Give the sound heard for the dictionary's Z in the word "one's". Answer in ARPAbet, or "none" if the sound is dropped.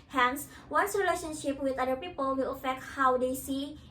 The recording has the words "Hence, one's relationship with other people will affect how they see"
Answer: S